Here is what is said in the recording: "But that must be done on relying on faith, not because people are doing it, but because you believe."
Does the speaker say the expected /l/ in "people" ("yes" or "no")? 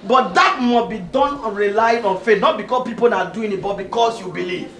no